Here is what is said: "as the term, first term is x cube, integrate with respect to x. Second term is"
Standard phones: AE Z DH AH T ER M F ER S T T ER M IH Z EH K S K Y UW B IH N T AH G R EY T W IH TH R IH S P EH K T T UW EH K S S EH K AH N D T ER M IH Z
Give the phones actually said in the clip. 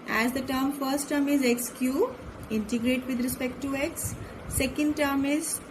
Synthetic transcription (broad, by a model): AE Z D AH T ER M F ER S T T ER M IH Z EH K S K Y UW IH N T AH G R EY T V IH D R IH S P EH K T T UW EH K S S EH K AH N D T ER M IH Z